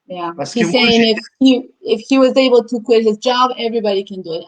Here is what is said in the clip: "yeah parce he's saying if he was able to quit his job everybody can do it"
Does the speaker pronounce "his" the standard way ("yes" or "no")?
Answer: yes